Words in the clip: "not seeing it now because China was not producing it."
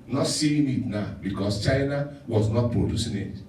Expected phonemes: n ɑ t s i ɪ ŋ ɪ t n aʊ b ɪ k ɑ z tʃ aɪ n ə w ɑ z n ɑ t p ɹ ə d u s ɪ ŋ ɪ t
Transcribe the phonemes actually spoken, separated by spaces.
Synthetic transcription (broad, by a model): n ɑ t s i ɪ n ɪ t n aʊ b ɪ k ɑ s tʃ aɪ n ə w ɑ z n ɑ t p ɹ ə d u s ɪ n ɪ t